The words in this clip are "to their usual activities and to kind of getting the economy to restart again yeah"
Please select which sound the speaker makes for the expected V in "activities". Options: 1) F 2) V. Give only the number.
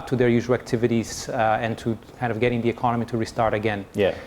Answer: 2